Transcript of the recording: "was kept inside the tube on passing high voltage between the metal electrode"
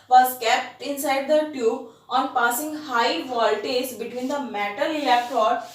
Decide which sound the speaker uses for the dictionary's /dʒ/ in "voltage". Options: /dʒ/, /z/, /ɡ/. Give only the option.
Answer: /z/